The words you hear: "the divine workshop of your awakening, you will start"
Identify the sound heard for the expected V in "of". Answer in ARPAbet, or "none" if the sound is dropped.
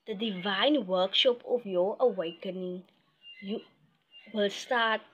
F